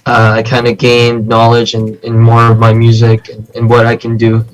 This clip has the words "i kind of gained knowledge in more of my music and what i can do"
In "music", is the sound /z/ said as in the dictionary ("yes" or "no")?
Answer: yes